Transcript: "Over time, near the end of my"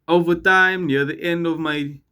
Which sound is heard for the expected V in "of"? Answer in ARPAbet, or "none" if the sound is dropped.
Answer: V